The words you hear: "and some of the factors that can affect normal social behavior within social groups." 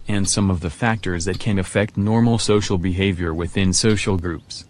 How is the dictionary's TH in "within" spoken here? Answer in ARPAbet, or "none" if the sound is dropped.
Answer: TH